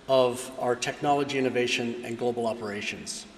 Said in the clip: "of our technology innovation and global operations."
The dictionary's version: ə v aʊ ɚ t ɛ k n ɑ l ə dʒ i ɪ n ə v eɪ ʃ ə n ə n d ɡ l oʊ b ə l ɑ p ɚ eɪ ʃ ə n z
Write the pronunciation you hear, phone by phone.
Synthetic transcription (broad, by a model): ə v aʊ ɚ t ɛ k n ɑ l ə dʒ i ɪ n ə v eɪ ʃ ə n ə n ɡ l oʊ b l ɑ p ɚ eɪ ʃ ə n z